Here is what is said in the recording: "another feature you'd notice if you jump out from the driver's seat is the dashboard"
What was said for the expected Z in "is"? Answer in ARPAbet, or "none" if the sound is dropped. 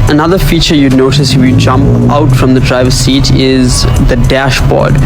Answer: Z